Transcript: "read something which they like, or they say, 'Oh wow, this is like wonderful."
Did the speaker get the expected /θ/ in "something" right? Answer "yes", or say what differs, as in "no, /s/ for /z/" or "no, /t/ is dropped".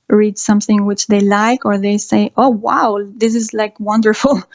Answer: yes